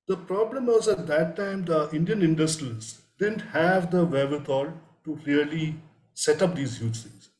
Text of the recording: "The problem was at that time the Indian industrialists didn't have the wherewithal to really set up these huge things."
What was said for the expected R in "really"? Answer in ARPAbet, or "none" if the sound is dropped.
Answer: L